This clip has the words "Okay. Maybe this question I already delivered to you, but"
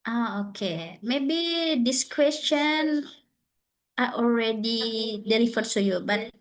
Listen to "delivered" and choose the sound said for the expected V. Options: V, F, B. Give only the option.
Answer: F